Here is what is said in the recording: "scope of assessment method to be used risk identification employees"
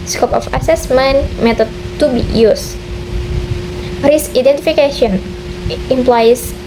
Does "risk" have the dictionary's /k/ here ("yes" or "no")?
no